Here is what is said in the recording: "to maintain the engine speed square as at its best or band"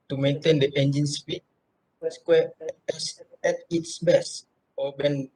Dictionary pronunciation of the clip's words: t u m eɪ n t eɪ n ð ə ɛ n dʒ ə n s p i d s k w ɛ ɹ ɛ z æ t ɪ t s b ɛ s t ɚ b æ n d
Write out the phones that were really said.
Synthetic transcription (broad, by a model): t u m eɪ n t eɪ n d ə ɛ n dʒ ə n s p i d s k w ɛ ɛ s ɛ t ɪ t s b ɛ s ɔ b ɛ n